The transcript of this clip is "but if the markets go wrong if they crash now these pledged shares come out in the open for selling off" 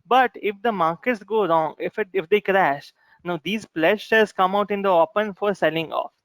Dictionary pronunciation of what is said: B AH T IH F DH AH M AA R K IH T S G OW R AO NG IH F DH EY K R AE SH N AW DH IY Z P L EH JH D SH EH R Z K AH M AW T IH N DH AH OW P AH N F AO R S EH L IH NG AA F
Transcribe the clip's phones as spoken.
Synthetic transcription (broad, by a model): B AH T IH F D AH M AA R K IH T S G OW R AO NG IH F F EY K R AE SH N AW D IY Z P L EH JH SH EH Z K AH M AW T IH N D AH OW P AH N F AO R S EH L IH NG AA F